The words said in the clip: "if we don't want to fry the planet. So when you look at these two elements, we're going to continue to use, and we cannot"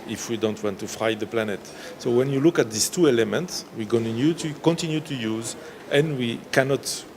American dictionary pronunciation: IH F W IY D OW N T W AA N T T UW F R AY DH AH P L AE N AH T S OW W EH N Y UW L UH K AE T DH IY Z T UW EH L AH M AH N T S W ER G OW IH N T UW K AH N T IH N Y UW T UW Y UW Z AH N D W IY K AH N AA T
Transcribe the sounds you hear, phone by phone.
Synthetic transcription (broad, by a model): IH F W IY D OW N T W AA N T T UW F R AY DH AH P L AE N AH T S OW W EH N Y UW L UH K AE T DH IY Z T UW EH L AH M AH N T S W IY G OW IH N T UW K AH N T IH N Y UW T UW Y UW Z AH N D W IY K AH N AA T